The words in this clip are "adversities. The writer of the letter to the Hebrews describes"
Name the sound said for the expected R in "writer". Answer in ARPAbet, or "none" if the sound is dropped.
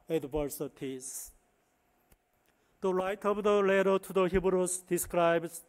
L